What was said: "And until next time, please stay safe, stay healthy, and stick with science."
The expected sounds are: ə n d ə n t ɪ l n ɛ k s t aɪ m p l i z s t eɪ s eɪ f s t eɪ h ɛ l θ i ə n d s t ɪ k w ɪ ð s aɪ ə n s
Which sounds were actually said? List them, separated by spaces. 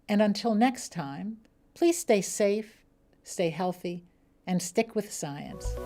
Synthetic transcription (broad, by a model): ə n ə n t ɪ l n ɛ k s t aɪ m p l i z s t eɪ s eɪ f s t eɪ h ɛ l θ i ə n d s t ɪ k w ɪ ð s aɪ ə n s